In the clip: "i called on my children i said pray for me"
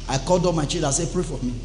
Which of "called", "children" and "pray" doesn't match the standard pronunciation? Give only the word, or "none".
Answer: children